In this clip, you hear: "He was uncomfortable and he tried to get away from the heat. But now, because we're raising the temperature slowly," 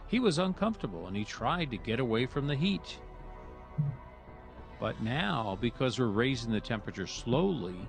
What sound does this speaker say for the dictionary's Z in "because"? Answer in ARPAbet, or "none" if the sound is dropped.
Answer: Z